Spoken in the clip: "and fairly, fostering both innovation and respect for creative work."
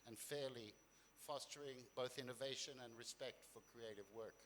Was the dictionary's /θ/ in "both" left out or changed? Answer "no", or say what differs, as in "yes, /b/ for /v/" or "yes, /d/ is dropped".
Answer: no